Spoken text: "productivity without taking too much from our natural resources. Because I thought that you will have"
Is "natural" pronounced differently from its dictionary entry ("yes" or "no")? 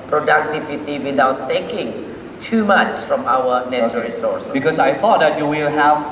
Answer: yes